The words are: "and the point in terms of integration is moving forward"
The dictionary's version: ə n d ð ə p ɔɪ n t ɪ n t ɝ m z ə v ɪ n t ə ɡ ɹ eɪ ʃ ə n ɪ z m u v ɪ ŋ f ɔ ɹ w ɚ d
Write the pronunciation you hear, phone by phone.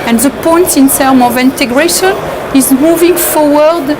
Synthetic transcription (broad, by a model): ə n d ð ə p ɔɪ n t ɪ n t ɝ m ə v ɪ n t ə ɡ ɹ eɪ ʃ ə n ɪ z m u v ɪ ŋ f ɔ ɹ w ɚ d